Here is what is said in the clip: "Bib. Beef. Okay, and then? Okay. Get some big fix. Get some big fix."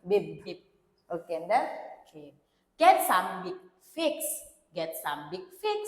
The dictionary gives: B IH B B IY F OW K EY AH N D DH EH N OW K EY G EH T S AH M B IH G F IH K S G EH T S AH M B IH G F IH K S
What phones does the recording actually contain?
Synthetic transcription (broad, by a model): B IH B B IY P OW K EY AH N D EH OW K EY G EH T S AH M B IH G F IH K S G EH T S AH M B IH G F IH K S